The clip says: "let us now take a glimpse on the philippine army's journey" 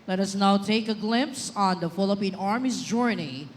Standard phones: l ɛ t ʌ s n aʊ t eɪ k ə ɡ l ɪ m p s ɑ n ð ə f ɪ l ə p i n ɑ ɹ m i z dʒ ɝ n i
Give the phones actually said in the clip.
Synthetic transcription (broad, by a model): l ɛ t ʌ s n aʊ t eɪ k ə ɡ l ɪ m p s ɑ n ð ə f ɪ l ə p i n ɑ ɹ m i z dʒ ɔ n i